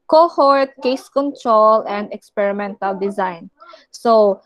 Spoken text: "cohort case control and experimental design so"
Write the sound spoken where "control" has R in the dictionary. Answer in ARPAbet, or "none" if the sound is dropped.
R